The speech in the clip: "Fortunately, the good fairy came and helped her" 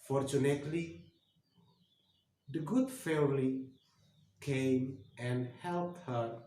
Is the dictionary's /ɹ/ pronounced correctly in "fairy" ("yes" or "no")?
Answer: no